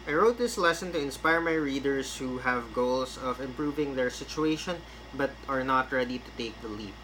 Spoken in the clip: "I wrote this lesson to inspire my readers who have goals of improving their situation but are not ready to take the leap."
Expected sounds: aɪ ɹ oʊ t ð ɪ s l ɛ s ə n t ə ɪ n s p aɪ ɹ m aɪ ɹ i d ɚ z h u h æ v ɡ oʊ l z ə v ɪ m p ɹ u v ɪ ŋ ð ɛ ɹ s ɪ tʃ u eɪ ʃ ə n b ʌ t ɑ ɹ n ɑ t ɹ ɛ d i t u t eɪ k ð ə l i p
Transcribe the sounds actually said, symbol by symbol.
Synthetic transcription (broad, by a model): aɪ ɹ oʊ t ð ɪ s l ɛ s ə n t ə ɪ n s p aɪ ɹ m aɪ ɹ i d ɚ s h u h æ v ɡ oʊ l s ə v ɪ m p ɹ u v ɪ ŋ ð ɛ ɹ s ɪ tʃ u eɪ ʃ ə n b ʌ t ɑ ɹ n ɑ t ɹ ɛ d i t u t eɪ k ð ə l i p